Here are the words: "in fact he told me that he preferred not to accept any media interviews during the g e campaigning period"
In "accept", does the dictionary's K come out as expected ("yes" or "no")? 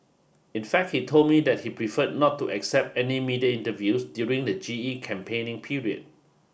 yes